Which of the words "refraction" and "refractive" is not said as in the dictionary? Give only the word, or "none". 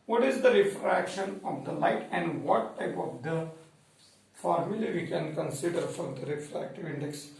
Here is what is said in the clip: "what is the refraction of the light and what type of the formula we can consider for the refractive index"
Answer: none